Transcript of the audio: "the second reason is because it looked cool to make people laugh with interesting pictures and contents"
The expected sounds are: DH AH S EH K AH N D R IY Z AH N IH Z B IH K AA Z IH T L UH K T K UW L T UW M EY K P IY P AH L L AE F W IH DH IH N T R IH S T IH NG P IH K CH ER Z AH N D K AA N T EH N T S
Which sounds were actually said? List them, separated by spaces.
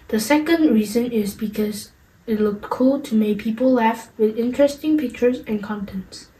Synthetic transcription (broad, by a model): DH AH S EH K AH N D R IY Z AH N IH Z B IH K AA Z IH T L UH K T K UW L T UW M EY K P IY P AH L L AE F W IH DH IH N T R IH S T IH NG P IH K CH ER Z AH N K AA N T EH N T S